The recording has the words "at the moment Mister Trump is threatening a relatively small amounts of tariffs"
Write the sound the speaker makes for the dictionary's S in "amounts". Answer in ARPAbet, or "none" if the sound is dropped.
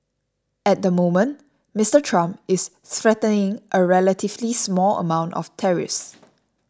none